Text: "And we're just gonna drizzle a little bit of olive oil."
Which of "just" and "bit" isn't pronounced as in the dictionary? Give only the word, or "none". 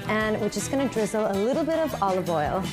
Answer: just